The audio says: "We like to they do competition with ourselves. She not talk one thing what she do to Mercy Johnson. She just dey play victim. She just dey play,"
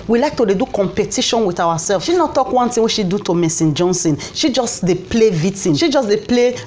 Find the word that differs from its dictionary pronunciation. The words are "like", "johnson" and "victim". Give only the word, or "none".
victim